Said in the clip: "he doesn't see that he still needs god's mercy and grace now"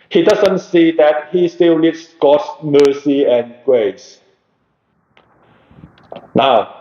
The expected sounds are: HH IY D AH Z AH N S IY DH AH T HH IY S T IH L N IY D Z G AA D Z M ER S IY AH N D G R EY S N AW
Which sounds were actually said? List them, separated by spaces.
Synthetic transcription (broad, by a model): HH IY D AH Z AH N S IY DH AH T HH IY S T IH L L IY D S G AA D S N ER S IY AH N G R EY S N AW